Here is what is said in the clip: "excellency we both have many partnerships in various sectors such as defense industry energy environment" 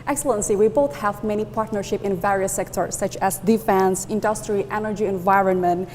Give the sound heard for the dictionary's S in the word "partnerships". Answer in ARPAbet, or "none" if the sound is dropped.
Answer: none